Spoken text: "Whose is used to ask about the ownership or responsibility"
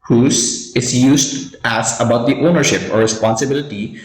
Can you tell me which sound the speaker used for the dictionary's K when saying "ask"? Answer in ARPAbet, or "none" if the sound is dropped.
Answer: none